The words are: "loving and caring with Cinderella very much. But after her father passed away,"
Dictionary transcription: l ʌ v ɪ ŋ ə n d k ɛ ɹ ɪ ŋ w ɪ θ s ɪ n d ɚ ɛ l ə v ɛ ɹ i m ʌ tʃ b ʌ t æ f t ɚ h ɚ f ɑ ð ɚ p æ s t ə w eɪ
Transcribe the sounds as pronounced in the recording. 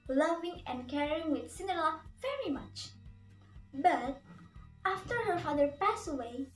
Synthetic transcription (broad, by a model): l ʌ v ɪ ŋ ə n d k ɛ ɹ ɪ ŋ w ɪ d s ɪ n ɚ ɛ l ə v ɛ ɹ i m ʌ tʃ b ʌ t æ f t ɚ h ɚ f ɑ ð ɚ p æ s ə w eɪ